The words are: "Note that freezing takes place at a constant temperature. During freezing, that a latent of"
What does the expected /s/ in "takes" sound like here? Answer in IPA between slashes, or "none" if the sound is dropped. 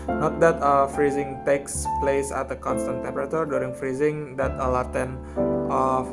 /s/